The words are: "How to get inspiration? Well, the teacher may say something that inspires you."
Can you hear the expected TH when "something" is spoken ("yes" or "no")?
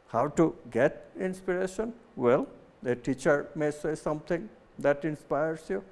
no